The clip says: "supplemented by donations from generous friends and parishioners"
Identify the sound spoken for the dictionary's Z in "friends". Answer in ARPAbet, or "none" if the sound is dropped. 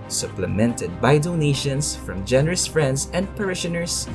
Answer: S